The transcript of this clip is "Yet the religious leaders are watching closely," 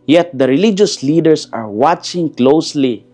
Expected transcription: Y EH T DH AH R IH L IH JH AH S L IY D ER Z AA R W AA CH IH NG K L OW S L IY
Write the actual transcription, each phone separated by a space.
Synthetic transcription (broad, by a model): Y EH T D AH R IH L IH JH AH S L IY D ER S AA R W AA CH IH NG K L OW S L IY